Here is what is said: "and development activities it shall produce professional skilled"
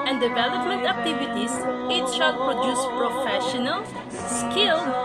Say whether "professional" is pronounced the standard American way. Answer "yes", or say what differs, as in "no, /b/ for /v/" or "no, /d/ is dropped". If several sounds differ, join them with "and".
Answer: yes